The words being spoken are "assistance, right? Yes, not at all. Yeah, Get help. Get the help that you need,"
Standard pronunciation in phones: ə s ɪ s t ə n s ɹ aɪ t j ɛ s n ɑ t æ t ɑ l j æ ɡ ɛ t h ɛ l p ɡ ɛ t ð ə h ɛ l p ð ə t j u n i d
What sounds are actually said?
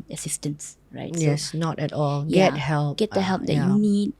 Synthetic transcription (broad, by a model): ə s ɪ s t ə n s ɹ aɪ t j ɛ s n ɑ t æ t ɑ l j ɡ ɛ t h ɛ l p ɡ ɛ t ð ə h ɛ l p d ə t j u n i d